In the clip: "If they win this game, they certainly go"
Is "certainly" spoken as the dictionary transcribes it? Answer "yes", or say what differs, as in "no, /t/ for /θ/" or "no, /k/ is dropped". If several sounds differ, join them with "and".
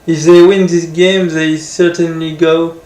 yes